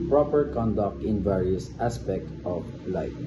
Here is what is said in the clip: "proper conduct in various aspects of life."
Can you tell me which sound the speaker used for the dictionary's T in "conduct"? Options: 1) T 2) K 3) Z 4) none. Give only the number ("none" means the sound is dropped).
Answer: 1